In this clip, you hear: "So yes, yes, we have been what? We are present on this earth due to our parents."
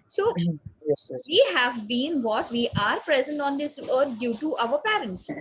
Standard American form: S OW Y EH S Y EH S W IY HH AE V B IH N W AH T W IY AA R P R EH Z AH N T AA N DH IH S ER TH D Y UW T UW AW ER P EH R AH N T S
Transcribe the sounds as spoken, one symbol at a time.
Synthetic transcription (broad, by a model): S OW Y EH S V IY HH AE V B IH N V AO T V IY AA R P R EH Z AH N T AA N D IH S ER T D Y UW T UW AW ER P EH R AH N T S